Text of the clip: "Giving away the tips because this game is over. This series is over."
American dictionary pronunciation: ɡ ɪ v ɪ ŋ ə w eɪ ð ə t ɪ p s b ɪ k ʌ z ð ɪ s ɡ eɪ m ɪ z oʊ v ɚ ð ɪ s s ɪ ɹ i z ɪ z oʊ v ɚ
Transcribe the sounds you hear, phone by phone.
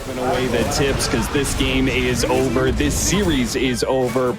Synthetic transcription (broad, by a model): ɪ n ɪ ə w eɪ ð ə t ɪ p s k ʌ z ð ɪ s ɡ eɪ m ɪ z oʊ v ɚ ð ɪ s s ɪ ɹ i z ɪ z oʊ v ɚ